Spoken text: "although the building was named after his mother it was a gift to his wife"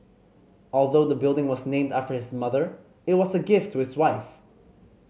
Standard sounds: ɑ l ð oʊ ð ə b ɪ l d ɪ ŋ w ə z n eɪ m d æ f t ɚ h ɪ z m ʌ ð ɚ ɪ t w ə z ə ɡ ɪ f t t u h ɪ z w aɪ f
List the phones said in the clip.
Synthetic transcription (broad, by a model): ɑ l ð oʊ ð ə b ɪ l d ɪ ŋ w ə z n eɪ m d æ f t ɚ h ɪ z m ʌ ð ɚ ɪ t w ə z ə ɡ ɪ f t t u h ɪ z w aɪ f